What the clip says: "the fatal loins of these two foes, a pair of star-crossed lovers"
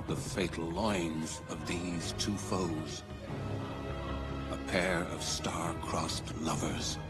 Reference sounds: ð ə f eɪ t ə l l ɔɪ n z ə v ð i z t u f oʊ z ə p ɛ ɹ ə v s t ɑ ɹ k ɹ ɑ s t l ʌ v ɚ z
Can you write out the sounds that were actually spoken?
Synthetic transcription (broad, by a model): ð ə f eɪ t l l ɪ n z ə v ð i z t u f oʊ z ə p ɛ ɹ ə v s t ɑ ɹ k ɹ ɑ s t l ʌ v ɚ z